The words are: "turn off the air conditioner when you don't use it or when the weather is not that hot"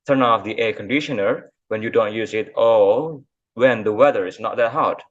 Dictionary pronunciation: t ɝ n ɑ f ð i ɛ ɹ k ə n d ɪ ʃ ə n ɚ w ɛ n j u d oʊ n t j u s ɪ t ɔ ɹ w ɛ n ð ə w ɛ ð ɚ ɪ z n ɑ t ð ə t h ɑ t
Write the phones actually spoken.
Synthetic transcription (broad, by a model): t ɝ n ɑ f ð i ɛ k ə n d ɪ ʃ ə n ɚ w ɛ n j u d oʊ n t j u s ɪ t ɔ l w ɛ n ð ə w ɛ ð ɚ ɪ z n ɑ t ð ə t h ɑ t